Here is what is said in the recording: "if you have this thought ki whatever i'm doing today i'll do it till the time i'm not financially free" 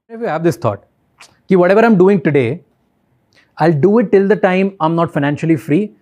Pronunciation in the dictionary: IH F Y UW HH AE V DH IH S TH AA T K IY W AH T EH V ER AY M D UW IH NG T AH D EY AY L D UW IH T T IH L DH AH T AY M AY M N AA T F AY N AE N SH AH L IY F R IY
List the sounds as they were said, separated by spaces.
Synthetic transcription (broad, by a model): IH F Y UW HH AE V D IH S T AA T K IY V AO T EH V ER AY M D UW IH NG T AH D EY AY L D UW IH T T IH L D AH T AY M AY M N AA T F AY N AE N SH AH L IY F R IY